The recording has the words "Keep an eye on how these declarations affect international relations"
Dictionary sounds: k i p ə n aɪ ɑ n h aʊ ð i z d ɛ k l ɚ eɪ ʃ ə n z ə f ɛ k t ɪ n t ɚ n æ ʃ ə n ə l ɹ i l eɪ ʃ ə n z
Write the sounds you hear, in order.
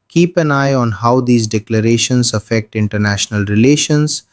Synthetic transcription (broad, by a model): k i p ə n aɪ ɑ n h aʊ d i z d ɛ k l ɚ eɪ ʃ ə n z ə f ɛ k t ɪ n t ɚ n æ ʃ ə n ə l ɹ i l eɪ ʃ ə n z